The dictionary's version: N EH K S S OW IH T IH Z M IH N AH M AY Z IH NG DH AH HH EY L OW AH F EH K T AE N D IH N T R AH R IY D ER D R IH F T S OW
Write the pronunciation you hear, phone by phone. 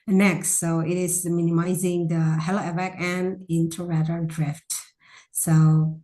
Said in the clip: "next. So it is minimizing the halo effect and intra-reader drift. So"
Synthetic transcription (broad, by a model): N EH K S S OW IH T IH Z M IH N AH M AY Z IH NG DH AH HH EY L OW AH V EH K AE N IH N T AH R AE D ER D R IH F T S OW